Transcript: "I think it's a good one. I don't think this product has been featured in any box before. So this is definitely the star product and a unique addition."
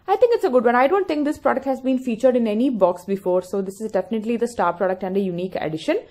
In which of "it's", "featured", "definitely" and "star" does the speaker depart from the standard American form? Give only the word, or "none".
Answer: none